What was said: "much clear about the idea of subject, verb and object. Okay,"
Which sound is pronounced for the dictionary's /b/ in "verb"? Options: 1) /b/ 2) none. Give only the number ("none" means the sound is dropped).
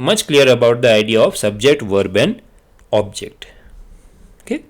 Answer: 1